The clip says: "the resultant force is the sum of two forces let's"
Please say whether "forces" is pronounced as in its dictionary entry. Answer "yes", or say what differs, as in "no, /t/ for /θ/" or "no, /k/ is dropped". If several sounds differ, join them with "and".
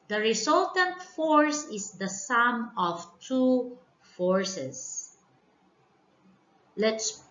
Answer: no, /s/ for /z/